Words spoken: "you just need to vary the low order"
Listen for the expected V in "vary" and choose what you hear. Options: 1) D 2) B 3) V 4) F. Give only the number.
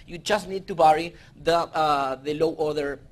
2